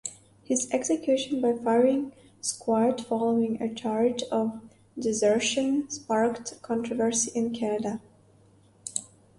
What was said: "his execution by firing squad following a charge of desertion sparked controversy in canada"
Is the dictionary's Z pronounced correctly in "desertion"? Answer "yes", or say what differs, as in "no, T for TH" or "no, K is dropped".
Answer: yes